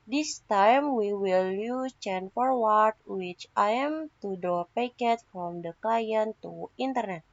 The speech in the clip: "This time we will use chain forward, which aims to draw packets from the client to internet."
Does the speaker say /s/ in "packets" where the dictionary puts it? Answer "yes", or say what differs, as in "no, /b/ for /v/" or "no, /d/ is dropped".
no, /s/ is dropped